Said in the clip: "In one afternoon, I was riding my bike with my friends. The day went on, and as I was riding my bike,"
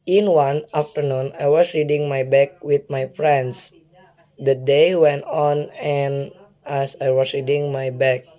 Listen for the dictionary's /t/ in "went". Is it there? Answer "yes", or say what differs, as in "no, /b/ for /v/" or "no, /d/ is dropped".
yes